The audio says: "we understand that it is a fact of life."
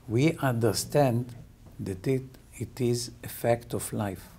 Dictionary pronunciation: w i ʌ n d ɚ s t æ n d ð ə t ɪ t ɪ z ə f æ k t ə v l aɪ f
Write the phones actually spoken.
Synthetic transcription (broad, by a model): w i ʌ n d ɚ s t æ n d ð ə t ɪ t ɪ z ə f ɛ k t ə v l aɪ f